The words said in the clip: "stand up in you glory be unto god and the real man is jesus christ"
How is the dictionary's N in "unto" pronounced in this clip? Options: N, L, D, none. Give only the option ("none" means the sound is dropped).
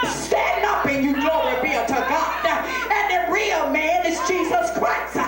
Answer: none